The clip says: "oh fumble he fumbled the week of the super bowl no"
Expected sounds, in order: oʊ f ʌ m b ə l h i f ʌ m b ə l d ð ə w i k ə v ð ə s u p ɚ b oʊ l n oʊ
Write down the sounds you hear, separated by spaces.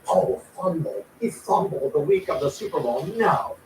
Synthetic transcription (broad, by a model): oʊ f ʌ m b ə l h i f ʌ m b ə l ð ə w i k ə v ð ə s u p ɚ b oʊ n n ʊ